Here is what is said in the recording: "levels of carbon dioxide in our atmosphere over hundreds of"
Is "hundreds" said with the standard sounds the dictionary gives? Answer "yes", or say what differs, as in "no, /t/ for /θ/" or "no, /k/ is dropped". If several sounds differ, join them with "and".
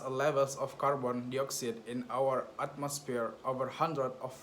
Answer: no, /z/ is dropped